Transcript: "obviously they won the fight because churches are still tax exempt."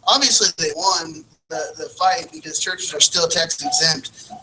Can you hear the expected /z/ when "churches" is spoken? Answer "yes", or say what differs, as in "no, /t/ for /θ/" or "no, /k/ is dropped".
yes